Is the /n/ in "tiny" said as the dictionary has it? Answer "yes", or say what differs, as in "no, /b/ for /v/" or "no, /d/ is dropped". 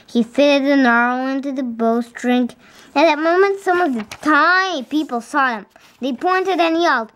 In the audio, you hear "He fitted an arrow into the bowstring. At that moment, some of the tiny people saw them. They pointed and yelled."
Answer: no, /n/ is dropped